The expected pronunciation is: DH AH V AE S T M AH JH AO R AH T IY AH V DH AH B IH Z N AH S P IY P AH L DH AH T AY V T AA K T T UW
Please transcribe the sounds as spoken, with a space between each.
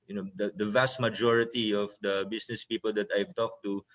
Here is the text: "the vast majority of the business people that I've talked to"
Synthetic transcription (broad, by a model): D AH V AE S T M AH JH AO R AH T IY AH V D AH B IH S N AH S P IY P AH L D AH T AY V T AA K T T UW